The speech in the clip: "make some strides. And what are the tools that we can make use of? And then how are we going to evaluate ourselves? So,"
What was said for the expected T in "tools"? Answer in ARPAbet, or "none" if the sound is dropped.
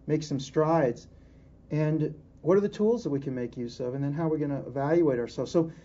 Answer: T